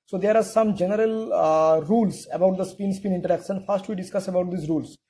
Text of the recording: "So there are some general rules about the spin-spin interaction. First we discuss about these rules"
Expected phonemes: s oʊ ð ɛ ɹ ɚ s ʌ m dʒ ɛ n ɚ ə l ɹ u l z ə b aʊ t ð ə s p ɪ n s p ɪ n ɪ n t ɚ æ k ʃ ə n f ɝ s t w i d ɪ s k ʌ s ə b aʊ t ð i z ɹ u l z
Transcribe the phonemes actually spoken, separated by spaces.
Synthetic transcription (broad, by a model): s oʊ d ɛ ɹ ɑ s ʌ m dʒ ɛ n ɚ ə l ɹ u l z ə b aʊ t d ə s p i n s p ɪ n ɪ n t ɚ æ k s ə n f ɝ s t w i d ɪ s k ʌ s ə b aʊ t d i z ɹ u l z